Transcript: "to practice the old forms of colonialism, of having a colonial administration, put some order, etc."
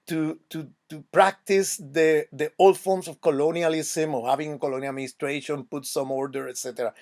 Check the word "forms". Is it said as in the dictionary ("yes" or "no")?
no